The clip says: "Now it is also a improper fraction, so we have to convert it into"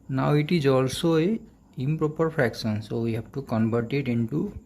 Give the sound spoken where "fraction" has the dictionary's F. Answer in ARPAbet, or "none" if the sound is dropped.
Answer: P